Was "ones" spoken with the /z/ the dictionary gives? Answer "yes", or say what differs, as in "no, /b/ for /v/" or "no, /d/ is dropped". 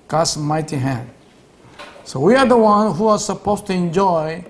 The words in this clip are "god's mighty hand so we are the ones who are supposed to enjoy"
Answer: no, /z/ is dropped